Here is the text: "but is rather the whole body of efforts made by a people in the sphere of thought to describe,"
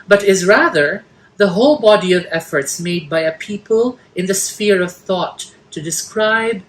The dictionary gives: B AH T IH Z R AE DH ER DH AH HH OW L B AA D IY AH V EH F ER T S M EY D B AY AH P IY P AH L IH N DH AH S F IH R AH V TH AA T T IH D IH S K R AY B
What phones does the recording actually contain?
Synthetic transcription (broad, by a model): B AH T IH Z R AE DH ER DH AH HH OW L B AA D IY AH V EH F ER T S M EY D B AY AH P IY P AH L IH N DH AH S F IH R AH V TH AA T T IH D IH S K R AY B